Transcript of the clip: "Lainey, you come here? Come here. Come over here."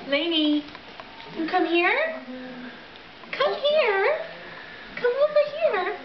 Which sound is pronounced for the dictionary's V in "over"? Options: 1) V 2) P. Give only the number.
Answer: 2